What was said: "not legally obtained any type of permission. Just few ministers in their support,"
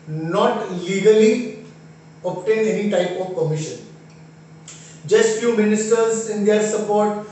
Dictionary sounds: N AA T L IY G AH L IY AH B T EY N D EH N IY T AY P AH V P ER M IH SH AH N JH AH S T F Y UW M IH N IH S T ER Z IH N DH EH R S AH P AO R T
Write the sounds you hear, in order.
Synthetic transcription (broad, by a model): N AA T L IY G AH L IY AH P T EY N EH N IY T AY P AH V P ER M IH SH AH N JH AH S T F Y UW M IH N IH S T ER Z IH N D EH R S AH P AO R T